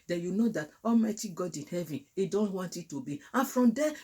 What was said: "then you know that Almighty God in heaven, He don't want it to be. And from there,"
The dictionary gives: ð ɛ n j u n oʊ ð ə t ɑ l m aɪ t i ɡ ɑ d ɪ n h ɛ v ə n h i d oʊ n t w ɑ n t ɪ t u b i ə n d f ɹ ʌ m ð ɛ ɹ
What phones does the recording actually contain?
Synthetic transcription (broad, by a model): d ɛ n j u n oʊ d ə t ɑ l m aɪ t i ɡ ɑ d ɪ n h ɛ v ə n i d oʊ n t w ɑ n t ɪ t u b i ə n f ɹ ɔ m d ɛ